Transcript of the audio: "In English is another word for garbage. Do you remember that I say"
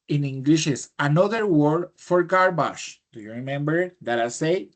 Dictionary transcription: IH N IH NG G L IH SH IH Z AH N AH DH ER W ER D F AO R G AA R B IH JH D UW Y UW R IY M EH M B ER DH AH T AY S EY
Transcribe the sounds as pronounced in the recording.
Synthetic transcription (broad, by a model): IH N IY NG G L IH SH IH S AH N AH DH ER W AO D F AO R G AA R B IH SH D UW Y UW R IY M EH M B ER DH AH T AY S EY